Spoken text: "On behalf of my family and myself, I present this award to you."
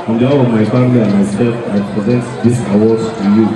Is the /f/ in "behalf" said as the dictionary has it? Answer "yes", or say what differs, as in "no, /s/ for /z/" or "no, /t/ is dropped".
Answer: no, /f/ is dropped